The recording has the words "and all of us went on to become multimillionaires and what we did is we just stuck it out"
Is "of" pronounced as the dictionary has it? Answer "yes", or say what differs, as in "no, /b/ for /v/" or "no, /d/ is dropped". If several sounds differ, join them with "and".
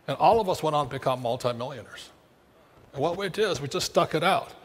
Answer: yes